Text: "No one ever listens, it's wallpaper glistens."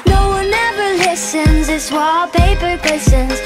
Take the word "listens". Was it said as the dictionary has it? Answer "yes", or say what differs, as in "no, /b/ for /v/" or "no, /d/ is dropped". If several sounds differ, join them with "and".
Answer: yes